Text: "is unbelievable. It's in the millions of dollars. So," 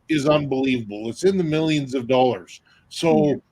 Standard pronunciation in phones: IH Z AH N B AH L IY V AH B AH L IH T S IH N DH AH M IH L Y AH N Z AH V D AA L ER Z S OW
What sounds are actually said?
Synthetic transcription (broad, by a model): IH Z AH N B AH L IY V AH B L IH T S IH N DH AH M IH L Y AH N Z AH V D AA L ER Z S OW